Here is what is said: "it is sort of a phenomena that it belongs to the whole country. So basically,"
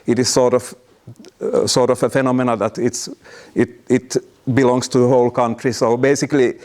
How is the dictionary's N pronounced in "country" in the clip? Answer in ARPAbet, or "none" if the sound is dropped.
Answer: N